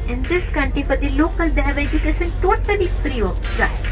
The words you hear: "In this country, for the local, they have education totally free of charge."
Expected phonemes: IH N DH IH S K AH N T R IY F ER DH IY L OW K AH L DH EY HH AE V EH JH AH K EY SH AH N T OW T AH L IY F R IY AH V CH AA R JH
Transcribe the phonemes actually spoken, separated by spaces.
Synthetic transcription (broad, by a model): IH N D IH S K AH N T R IY P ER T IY L OW K AH L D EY HH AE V EH JH AH K EY SH AH N T OW T AH L IY P R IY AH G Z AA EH